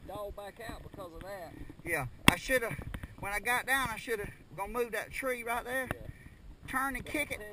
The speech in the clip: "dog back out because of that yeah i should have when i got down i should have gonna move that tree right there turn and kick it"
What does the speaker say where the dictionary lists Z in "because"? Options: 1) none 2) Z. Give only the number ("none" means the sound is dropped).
2